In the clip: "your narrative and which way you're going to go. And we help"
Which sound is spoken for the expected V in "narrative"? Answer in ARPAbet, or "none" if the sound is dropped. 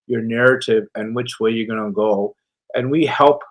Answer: V